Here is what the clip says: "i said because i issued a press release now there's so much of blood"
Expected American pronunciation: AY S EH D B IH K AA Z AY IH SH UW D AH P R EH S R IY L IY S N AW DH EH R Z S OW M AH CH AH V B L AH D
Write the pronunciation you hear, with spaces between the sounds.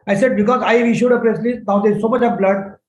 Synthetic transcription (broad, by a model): AY S EH D B IH K AA Z AY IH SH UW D AH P R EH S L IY N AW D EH S OW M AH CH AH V B L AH D